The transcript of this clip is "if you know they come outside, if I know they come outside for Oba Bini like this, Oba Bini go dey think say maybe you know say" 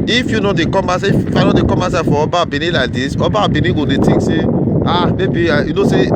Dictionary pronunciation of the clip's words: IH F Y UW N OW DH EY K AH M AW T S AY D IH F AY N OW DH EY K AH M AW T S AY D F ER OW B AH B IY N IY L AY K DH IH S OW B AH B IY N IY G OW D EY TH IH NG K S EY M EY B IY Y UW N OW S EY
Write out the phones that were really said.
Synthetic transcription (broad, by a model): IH F Y UW N OW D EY K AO M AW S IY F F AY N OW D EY K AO M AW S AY F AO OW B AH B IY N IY L AY K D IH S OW B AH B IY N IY G OW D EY T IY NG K S EY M EY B IY Y UW N OW S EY